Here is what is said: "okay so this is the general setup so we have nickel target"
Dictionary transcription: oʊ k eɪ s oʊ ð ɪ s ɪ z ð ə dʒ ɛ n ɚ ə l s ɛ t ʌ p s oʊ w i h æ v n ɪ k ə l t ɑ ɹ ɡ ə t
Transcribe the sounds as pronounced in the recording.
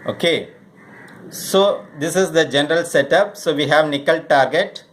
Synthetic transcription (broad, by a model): oʊ k eɪ s oʊ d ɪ s ɪ z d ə dʒ ɛ n ɚ ə l s ɛ t ʌ p s oʊ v i h æ v n ɪ k ə l t ɑ ɹ ɡ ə t